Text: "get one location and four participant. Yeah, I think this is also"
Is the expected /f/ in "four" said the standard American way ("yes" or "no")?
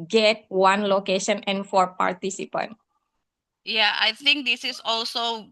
yes